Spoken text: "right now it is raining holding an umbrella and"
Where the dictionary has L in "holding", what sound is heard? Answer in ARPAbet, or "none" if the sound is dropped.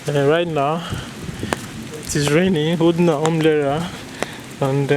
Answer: none